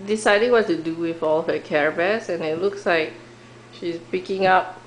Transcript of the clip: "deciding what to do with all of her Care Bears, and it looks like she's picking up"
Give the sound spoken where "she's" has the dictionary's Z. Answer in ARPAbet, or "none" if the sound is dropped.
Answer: S